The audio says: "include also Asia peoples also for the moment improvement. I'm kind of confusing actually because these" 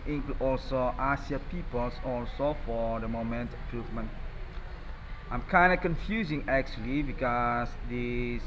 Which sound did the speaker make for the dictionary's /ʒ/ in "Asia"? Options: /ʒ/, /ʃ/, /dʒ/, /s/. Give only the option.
/s/